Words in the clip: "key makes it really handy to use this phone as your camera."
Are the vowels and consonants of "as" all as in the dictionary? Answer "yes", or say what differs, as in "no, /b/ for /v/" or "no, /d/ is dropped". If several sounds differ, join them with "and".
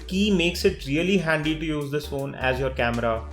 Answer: yes